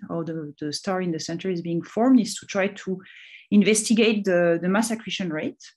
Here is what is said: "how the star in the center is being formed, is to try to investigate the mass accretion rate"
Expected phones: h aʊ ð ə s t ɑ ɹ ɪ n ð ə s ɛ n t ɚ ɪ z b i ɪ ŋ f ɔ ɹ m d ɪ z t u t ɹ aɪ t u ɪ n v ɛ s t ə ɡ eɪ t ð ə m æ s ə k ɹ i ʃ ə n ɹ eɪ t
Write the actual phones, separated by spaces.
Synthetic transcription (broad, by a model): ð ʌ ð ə s t ɑ ɹ ɪ n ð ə s ɛ n t ɚ ɪ z b i ɪ ŋ f ɔ ɹ m d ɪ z t u t ɹ aɪ t u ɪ n v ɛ s t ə ɡ eɪ t ð ə m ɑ s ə k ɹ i ʃ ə n ɹ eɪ t